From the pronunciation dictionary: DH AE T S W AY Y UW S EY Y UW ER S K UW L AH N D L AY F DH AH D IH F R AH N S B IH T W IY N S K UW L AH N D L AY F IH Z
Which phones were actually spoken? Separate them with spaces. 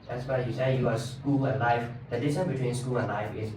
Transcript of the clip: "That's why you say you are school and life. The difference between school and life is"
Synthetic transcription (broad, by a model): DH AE T S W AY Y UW S EY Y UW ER S K UW L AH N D L AY F DH AH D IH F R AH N B IH T W IY N S K UW L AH N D L AY F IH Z